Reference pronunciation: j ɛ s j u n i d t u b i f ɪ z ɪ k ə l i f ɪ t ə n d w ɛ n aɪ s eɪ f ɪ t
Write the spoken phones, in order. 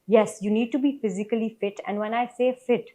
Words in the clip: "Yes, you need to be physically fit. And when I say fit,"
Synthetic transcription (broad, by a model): j ɛ s j u n i d t u b i f ɪ z ɪ k ə l i f ɪ t ə n d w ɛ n aɪ s eɪ f ɪ t